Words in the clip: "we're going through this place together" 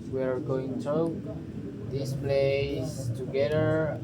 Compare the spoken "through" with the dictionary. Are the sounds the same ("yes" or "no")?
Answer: no